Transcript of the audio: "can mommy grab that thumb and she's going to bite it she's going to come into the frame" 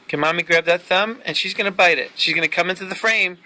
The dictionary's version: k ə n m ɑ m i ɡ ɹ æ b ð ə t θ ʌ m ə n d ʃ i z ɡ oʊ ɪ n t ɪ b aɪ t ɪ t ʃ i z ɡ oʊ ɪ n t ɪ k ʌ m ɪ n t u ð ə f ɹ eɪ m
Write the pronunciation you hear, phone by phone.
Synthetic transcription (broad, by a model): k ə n m ɑ m i ɡ ɹ æ b ð ə t θ ʌ m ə n ʃ i z ɡ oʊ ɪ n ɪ b aɪ t ɪ t ʃ i z ɡ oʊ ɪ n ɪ k ʌ m ɪ n t u ð ə f ɹ eɪ m